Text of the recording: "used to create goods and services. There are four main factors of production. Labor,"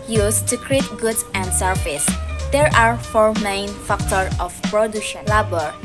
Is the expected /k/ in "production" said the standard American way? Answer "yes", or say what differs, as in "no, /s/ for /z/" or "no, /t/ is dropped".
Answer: no, /k/ is dropped